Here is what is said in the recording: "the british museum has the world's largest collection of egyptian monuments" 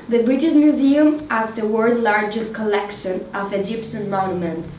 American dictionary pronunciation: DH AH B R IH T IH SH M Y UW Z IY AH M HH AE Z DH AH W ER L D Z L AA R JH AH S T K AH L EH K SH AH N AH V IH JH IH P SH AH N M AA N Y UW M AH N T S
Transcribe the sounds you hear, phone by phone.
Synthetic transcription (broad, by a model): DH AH B R IH T IH SH M Y UW Z IY AH M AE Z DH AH W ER D L AA R JH AH S T K AH L EH K SH AH N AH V IH JH IH P SH AH N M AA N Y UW M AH N T S